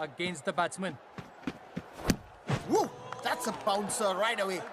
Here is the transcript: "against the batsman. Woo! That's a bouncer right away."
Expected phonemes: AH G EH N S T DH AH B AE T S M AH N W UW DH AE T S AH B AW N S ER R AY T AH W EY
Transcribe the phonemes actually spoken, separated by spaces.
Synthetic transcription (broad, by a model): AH G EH N S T DH AH B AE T M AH N W UW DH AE T S AH B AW N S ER R AY T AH W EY